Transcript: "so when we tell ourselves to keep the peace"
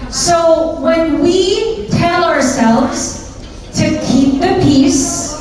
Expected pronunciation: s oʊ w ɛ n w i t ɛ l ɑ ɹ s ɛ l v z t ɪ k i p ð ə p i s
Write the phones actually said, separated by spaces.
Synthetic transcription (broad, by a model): s oʊ w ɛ n w i t ɛ l ɑ ɹ s ɛ l v z t ɪ k i p ð ə p i s